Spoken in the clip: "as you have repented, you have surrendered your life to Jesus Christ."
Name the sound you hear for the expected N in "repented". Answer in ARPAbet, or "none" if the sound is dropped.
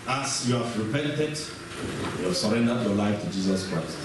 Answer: N